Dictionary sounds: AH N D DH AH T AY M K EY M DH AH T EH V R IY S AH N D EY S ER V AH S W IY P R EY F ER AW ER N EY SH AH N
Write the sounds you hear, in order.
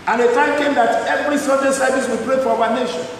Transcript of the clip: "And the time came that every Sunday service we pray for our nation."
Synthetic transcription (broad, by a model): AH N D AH T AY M K EY M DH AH T EH V R IY S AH D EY S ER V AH S W IY P R EY F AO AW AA N EY SH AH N